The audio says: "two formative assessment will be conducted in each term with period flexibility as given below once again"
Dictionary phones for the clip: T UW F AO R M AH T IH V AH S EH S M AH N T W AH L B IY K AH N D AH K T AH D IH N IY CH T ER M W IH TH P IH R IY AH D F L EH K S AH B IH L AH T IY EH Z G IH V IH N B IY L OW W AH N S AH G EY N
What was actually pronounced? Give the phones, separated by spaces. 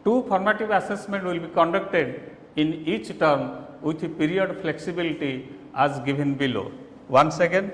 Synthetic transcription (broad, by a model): T UW P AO R M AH T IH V AH S EH S M AH N T W AH L B IY K AH N D AH K T AH D IH N IY CH T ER M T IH P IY R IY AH D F L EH K S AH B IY L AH T IY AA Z G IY B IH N B IY L OW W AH N S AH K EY N